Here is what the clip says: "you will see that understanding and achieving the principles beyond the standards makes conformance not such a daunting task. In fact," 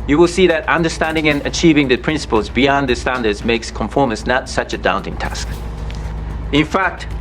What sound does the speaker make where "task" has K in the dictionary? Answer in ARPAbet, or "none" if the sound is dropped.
K